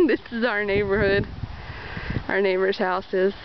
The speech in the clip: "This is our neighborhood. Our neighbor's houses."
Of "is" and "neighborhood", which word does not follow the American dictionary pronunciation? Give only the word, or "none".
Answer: none